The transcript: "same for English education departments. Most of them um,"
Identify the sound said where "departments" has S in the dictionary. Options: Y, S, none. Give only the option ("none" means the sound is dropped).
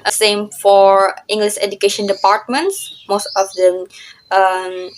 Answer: S